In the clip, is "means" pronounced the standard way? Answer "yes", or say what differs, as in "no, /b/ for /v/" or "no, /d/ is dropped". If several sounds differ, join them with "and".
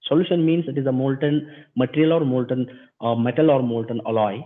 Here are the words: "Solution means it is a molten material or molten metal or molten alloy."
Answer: no, /s/ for /z/